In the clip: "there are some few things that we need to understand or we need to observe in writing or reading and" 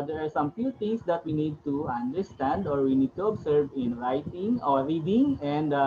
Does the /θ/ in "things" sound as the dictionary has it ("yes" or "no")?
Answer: no